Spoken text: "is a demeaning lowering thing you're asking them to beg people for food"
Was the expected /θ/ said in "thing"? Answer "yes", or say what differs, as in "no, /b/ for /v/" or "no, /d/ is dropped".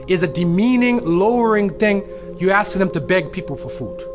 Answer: yes